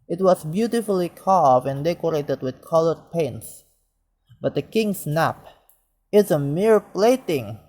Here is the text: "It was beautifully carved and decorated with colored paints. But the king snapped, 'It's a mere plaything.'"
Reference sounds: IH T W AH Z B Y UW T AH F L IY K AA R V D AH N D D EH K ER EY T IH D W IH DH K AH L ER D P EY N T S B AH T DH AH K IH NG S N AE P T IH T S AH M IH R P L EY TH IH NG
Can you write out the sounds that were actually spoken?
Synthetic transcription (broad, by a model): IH T W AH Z B Y UW T AH F L IY K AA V AH N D D EH K ER EY T IH D W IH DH K AH L ER D P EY N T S B AH T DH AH K IH NG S N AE P IH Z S AH M IH R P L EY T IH NG